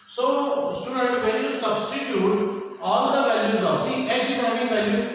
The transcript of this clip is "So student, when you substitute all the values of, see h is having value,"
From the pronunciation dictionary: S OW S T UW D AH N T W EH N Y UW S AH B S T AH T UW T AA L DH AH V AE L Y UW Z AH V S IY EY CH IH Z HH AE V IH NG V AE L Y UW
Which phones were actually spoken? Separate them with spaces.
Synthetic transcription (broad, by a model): S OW S T UW D AH N T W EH L Y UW S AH B S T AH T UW T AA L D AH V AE L Y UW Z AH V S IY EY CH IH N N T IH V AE L Y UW